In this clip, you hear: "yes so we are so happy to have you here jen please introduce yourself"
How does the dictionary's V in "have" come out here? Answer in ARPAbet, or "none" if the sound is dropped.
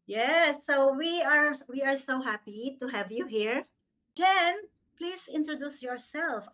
V